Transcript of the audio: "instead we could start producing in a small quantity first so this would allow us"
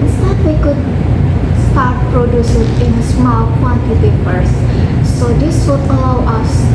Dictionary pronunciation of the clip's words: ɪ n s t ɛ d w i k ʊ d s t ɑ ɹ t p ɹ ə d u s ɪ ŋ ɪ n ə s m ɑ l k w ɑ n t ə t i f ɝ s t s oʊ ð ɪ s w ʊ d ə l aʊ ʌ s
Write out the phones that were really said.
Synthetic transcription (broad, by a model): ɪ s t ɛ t w i k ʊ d s t ɑ ɹ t p ɹ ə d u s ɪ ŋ ɪ n s m ɑ l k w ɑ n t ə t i p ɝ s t s oʊ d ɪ s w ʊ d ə l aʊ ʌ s